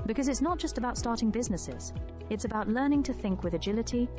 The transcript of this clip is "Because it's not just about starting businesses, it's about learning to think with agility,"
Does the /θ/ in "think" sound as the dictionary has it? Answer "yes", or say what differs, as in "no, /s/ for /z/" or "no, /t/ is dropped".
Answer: yes